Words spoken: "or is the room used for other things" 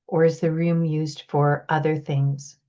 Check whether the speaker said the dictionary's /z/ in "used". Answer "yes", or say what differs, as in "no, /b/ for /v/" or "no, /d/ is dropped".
yes